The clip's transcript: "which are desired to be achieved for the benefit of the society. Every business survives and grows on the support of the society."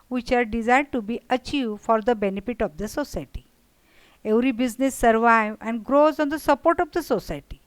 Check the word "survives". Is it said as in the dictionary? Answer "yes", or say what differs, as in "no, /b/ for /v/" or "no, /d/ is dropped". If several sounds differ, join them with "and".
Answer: no, /z/ is dropped